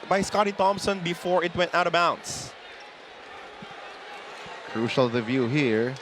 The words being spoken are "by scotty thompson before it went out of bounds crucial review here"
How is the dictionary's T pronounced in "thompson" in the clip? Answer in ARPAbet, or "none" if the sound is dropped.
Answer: T